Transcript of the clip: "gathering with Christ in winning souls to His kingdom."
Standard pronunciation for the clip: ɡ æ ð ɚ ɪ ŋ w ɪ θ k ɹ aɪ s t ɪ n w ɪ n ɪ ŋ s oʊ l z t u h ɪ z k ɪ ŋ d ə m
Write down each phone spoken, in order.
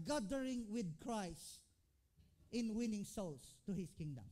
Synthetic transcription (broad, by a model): ɡ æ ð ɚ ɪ ŋ w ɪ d k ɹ aɪ s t ɪ n w ɪ n ɪ ŋ s oʊ l s t u h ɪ s k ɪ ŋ d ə m